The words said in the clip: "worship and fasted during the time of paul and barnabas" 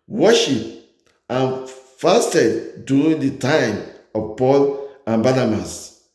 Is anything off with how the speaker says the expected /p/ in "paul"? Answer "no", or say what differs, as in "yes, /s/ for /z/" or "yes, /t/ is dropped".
no